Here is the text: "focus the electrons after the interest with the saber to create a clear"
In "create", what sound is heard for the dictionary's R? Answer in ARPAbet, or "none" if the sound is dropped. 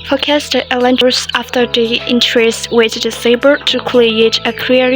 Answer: L